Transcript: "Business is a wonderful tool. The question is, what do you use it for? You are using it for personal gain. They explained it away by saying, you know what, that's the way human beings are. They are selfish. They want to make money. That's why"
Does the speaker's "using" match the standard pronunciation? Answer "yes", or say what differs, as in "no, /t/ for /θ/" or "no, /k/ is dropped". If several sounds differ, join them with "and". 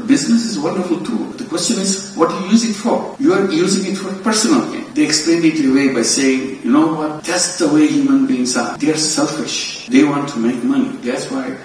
yes